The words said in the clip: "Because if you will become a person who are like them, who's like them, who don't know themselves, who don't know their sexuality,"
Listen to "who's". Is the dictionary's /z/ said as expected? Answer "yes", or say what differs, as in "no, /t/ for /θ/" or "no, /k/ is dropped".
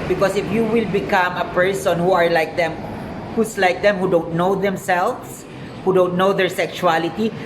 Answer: no, /s/ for /z/